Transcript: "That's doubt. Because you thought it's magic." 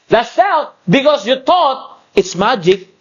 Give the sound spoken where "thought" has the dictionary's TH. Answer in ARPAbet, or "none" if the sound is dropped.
T